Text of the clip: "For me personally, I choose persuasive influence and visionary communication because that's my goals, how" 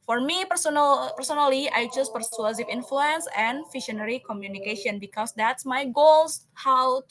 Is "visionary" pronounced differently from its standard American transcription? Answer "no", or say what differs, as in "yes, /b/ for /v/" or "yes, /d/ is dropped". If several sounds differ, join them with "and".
yes, /ʃ/ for /ʒ/